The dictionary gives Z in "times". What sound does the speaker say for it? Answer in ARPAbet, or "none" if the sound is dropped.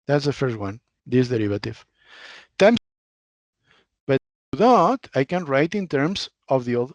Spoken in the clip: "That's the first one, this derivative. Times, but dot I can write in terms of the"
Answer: none